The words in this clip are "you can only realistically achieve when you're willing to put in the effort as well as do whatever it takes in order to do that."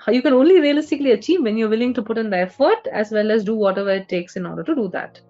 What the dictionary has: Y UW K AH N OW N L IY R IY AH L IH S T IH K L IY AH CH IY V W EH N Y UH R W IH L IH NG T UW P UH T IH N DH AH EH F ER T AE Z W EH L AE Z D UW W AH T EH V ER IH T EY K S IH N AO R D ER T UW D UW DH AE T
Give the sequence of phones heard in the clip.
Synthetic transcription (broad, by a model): Y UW K AH N OW N L IY R IY AH L IH S T IH K L IY AH CH IY V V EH N Y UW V IH L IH NG T UW P UH T IH N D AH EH F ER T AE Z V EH L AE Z D UW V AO T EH V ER IH T EY K S IH N AO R D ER T UW D UW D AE T